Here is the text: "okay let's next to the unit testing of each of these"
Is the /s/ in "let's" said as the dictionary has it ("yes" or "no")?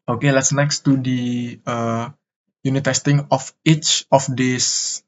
yes